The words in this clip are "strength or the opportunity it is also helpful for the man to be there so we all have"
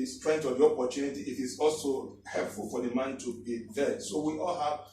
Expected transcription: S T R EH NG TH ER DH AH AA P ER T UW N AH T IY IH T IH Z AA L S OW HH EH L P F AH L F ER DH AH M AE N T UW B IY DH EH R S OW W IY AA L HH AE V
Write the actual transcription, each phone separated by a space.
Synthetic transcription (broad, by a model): S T R EH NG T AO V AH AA P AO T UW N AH T IY IH T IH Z AA L S OW HH EH L P F AH L F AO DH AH M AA N T UW B IY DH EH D S OW W IY AA L HH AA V